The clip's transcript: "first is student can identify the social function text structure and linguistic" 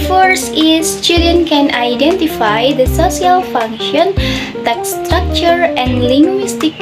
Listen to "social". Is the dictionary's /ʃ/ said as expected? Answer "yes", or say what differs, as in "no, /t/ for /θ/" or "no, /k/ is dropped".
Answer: no, /s/ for /ʃ/